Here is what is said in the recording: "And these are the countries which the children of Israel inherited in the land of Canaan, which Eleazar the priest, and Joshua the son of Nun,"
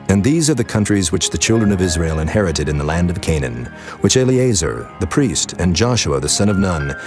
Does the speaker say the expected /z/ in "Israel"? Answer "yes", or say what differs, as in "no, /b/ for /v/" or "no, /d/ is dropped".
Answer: yes